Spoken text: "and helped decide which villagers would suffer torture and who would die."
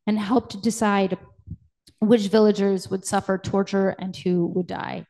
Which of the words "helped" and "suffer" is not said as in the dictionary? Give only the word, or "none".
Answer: none